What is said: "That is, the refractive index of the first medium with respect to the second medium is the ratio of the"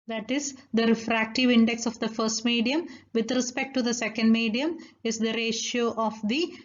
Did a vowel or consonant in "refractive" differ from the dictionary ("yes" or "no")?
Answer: no